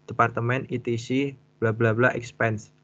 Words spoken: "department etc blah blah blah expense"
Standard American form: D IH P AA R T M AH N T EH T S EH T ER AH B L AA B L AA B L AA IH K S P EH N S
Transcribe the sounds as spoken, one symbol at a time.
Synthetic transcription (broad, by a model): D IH P AA R T M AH N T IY T IY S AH B L AA B L AA B L AA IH K S P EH N S